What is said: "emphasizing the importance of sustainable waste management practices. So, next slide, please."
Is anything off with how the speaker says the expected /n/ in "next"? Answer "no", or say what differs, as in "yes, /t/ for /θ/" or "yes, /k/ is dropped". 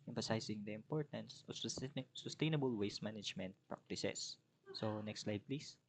no